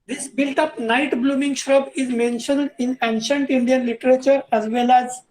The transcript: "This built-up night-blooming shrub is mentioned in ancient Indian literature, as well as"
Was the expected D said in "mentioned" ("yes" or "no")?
yes